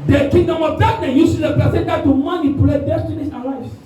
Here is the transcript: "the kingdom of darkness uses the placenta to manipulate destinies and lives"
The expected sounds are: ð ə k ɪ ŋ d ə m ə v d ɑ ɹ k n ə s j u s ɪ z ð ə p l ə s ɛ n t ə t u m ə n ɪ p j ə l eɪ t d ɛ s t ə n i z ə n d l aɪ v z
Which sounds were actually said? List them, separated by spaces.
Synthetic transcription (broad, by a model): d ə k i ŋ d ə m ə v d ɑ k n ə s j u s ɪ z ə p ə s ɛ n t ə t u m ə n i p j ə l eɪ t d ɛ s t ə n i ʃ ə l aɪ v